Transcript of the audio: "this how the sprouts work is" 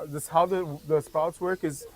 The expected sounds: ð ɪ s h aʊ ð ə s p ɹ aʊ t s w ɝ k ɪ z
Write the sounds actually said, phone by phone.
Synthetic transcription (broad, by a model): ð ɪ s h aʊ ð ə s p aʊ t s w ɝ k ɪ z